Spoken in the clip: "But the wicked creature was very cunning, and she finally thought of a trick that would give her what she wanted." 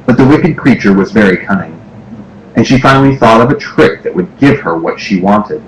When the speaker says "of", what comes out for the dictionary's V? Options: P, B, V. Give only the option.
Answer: V